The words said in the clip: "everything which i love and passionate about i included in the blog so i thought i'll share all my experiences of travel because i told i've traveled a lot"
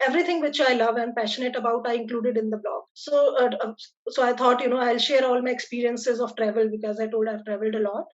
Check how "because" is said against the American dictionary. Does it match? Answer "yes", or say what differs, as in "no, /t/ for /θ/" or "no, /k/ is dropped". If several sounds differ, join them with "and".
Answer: yes